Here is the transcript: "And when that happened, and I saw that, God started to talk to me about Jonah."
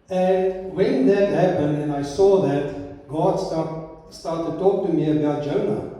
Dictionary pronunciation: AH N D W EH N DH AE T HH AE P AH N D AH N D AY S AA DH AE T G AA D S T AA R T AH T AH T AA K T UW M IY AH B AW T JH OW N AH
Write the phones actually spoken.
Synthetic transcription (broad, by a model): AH N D W EH N DH AE T HH AE P AH N D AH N AY S AA DH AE T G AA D S T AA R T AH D T AA K T UW M IY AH B AW T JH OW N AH